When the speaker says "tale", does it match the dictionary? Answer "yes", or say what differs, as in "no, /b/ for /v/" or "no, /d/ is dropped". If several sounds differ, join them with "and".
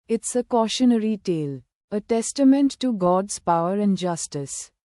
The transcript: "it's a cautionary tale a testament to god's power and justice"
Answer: yes